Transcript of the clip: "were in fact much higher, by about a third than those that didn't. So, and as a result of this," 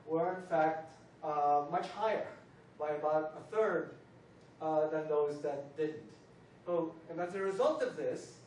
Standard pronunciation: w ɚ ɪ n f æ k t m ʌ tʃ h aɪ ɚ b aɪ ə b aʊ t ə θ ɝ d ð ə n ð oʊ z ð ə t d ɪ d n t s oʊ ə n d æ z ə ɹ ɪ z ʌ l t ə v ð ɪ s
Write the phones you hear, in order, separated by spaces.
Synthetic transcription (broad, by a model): w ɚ ɪ n f æ k t m ʌ tʃ h aɪ ɚ b aɪ ə b aʊ t ə θ ɝ d ð ə n ð oʊ z ð ə t d ɪ d n t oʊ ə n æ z ə ɹ ɪ z ʌ l t ə v ð ɪ s